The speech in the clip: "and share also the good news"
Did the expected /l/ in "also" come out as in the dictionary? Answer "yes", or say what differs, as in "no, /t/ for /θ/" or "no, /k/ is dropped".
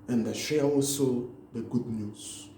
yes